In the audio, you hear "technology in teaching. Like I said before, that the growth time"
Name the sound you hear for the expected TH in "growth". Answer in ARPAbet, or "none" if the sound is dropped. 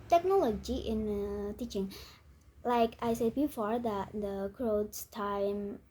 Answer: S